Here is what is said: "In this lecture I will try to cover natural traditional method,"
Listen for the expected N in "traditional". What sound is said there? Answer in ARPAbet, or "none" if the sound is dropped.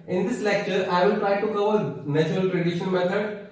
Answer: none